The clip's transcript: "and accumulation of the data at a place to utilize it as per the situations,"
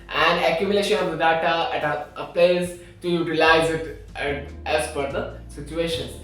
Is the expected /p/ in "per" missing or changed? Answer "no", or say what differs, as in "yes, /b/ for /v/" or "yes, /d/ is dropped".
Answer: yes, /f/ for /p/